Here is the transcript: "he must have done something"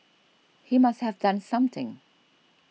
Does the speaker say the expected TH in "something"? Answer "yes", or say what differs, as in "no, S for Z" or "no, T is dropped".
yes